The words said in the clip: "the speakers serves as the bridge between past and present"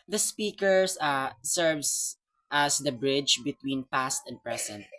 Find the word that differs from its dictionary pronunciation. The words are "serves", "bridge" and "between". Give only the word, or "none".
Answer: serves